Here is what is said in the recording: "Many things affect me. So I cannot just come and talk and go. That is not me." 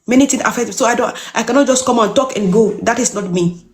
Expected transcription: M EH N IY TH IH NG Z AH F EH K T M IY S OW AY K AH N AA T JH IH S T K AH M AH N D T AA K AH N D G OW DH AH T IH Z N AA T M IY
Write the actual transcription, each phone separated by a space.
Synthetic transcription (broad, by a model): M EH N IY T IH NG AH F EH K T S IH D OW AY K AH N AA T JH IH S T K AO M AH N T AA K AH N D G OW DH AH T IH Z N AA T M IY